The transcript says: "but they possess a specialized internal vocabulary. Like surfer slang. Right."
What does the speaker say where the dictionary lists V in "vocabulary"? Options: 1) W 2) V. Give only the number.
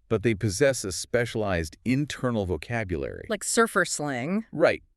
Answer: 2